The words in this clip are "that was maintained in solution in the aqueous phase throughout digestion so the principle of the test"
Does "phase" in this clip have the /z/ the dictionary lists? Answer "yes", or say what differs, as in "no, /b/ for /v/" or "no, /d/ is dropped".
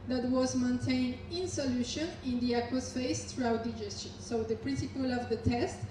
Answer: no, /s/ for /z/